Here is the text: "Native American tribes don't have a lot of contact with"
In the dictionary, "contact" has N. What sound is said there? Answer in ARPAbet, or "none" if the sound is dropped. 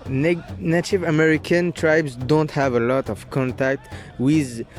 N